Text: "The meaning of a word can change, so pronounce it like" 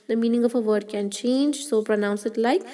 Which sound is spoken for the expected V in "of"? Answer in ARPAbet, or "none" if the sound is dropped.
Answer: F